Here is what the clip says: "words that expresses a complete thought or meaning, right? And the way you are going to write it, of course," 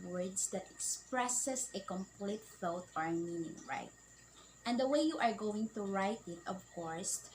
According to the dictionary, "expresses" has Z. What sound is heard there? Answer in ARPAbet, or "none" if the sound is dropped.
S